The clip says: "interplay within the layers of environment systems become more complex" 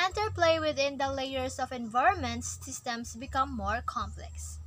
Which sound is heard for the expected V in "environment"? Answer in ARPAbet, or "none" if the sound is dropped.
V